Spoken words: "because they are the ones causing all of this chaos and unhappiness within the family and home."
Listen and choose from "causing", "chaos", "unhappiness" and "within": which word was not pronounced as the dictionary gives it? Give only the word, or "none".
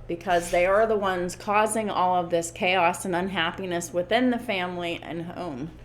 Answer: none